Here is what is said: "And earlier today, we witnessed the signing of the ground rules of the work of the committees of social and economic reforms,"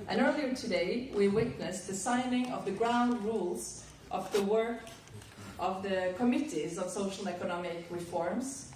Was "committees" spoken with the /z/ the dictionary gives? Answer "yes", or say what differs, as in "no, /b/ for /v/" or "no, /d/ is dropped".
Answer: yes